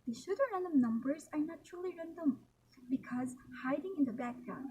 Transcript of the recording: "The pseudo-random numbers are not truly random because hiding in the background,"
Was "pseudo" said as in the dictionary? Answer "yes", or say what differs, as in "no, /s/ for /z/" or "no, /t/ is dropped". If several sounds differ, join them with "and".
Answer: no, /ʃ/ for /s/